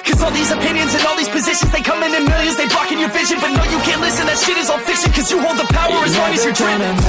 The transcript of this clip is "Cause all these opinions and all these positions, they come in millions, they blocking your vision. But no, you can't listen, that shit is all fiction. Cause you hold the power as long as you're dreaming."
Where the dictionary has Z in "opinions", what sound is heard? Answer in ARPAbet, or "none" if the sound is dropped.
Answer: Z